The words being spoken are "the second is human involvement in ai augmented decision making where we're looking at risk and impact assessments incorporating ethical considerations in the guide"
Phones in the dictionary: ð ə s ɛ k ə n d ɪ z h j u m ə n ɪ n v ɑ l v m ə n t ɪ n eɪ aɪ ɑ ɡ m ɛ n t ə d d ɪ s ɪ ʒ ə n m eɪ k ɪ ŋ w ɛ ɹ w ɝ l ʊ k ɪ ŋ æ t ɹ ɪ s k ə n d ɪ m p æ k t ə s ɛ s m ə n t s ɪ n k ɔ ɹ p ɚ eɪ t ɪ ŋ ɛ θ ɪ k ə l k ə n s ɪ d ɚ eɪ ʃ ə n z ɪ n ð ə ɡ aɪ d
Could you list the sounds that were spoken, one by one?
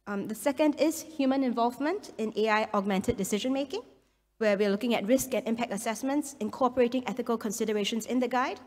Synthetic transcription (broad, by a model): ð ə s ɛ k ə n d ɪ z h j u m ə n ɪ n v ɑ l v m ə n t ɪ n eɪ aɪ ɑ ɡ m ɛ n t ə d d ɪ s ɪ ʒ ə n m eɪ k ɪ ŋ w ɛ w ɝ l ʊ k ɪ ŋ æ t ɹ ɪ s k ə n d ɪ m p æ k t ə s ɛ s m ə n t s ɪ n k ɔ p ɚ eɪ t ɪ ŋ ɛ θ ɪ k ə l k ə n s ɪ d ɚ eɪ ʃ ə n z ɪ n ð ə ɡ aɪ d